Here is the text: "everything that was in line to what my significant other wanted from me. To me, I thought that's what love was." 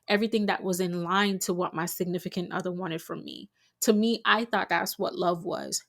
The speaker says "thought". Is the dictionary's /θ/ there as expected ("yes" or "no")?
yes